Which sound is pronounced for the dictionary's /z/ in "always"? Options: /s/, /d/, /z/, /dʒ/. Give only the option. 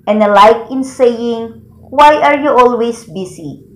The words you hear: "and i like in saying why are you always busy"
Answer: /s/